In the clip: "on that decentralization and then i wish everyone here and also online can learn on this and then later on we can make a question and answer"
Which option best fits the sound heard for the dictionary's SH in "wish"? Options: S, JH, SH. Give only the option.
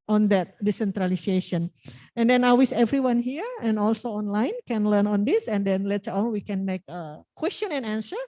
S